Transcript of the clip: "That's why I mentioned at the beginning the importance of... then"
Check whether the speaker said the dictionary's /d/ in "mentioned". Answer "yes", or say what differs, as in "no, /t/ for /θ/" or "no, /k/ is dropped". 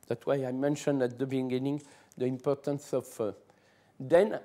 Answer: yes